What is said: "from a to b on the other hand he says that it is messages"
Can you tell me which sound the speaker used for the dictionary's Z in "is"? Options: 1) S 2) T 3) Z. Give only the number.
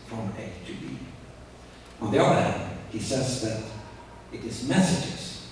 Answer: 3